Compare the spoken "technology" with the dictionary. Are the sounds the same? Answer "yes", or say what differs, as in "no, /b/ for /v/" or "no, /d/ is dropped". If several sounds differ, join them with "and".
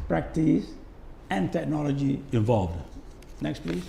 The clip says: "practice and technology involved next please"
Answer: yes